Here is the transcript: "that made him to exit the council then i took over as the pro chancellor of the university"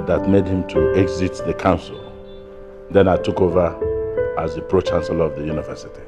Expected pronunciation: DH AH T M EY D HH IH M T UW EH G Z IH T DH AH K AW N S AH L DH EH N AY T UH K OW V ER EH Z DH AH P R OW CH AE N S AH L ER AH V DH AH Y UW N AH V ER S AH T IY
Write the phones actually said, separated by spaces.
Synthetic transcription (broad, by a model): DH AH T M EY D HH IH M T UW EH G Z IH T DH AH K AW N S AH L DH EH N AY T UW K OW V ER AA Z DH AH P R OW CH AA N S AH L AH V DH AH Y UW N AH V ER S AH T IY